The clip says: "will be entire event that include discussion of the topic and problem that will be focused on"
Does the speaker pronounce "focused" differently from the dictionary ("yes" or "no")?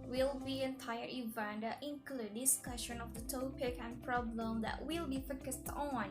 no